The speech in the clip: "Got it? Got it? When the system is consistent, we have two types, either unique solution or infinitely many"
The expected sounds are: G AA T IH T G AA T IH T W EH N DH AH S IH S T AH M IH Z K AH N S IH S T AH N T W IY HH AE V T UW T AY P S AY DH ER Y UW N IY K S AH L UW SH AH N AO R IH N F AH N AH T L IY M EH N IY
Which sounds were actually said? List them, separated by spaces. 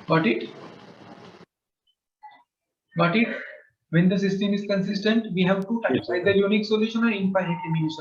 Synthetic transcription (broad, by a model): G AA T IH T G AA T IH T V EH N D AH S IH S T AH M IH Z K AH N S IH S T AH N T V IY HH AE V T UW T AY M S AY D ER Y UW N IY K S AH L UW SH AH N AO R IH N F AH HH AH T IY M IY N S